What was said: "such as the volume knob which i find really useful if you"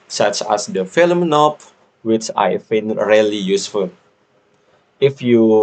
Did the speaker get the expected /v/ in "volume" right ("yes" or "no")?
no